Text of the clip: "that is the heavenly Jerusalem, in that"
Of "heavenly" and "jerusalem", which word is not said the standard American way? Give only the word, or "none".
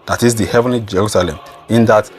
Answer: none